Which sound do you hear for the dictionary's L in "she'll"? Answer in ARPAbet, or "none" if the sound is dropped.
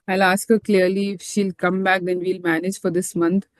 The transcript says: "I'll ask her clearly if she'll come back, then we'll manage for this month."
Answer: L